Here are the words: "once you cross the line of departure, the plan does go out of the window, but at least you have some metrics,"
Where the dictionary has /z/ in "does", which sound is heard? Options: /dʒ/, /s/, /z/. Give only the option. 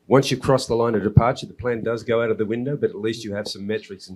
/z/